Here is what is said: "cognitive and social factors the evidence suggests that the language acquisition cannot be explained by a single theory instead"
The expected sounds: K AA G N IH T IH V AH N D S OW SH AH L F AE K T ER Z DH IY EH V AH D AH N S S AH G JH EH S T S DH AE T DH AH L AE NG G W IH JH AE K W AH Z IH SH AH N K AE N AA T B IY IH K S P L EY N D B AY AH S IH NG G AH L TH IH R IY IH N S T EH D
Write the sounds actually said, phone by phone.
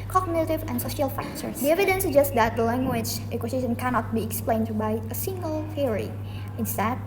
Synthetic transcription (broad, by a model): K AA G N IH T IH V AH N S OW SH AH L F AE K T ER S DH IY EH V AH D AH N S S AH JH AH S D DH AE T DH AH L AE NG G W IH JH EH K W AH S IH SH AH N K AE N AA T B IY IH K S P L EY N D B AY AH S IH NG G AH L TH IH R IY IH N S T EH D